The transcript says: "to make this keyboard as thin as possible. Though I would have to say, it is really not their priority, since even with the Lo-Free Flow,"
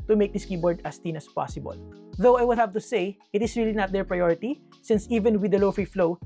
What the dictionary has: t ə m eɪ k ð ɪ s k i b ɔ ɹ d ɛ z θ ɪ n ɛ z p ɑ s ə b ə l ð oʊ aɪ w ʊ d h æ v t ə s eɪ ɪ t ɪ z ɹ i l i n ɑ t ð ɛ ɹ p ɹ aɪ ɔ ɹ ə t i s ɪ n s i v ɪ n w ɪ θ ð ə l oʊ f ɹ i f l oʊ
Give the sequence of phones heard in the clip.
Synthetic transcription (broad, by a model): t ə m eɪ k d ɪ s k i b ɔ ɹ d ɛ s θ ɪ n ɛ s p ɑ s ə b ə l ð oʊ aɪ w ʊ d h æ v t ə s eɪ ɪ t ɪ s ɹ i l i n ɑ t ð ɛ ɹ p ɹ aɪ ɔ ɹ ə t i s ɪ n s i v ɪ n w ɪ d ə l oʊ f ɹ i f l oʊ